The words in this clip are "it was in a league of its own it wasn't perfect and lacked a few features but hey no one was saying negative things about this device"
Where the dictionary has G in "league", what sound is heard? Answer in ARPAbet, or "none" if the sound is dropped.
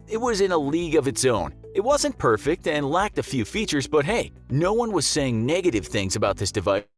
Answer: G